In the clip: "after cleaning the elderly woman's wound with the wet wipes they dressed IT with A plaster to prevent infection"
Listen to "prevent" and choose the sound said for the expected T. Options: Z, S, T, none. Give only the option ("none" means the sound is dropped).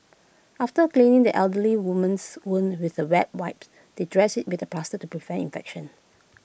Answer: none